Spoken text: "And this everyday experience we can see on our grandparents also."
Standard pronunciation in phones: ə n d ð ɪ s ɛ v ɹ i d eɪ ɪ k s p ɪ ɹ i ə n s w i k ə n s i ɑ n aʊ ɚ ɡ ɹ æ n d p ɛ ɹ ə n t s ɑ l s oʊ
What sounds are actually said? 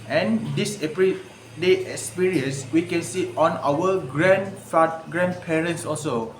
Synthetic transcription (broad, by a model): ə n d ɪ s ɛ p ɹ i d eɪ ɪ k s p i ɹ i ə n s w i k ə n s i ɑ n aʊ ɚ ɡ ɹ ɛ n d p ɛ ɹ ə n t s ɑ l s oʊ